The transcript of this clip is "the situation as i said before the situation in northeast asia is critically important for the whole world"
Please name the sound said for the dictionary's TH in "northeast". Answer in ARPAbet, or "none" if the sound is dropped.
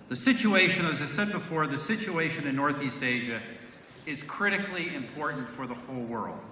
TH